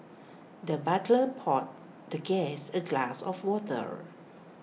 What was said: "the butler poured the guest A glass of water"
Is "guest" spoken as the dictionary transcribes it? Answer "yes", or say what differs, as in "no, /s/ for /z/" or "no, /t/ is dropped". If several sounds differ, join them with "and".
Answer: no, /t/ is dropped